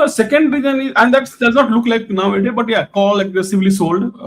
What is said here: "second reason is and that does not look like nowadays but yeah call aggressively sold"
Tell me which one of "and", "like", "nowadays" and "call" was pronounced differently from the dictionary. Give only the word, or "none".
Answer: nowadays